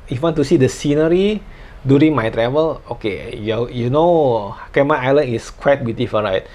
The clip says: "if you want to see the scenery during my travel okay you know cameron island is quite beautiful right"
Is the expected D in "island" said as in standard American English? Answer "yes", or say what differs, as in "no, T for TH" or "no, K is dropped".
no, D is dropped